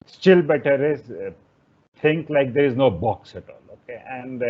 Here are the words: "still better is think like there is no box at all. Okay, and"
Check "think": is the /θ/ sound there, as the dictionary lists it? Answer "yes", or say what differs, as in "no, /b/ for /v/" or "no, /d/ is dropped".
no, /t/ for /θ/